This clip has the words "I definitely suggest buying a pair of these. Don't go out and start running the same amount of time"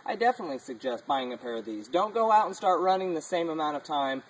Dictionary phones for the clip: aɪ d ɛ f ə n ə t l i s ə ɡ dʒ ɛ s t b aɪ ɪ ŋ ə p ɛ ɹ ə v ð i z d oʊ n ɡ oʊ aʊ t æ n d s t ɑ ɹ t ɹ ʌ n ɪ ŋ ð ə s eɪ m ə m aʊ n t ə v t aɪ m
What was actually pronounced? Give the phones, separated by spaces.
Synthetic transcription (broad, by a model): aɪ d ɛ f ə n ə t l i s ə ɡ dʒ ɛ s t b aɪ ɪ ŋ ə p ɛ ɹ ə v ð i z d oʊ n ɡ oʊ aʊ t n s t ɑ ɹ t ɹ ʌ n ɪ ŋ ð ə s eɪ m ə m aʊ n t ə v t aɪ m